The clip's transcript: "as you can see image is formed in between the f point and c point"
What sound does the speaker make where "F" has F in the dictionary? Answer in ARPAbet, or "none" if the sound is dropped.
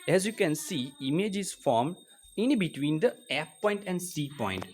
P